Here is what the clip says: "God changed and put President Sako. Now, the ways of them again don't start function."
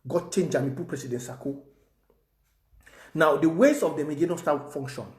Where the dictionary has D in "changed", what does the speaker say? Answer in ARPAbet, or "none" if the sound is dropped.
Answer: none